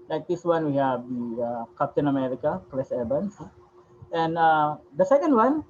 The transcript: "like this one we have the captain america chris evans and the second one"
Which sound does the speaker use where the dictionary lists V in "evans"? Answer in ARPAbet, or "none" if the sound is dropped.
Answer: B